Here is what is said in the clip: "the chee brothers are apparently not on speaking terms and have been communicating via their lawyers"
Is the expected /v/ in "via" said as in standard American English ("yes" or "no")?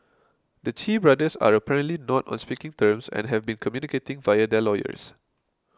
yes